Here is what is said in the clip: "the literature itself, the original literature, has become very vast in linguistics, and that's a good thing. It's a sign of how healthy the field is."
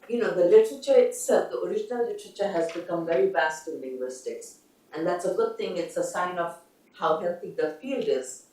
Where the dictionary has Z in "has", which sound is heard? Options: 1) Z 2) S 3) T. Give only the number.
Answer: 1